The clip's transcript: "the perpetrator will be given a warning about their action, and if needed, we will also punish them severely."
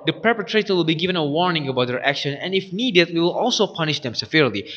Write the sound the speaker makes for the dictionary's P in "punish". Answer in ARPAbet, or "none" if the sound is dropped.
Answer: P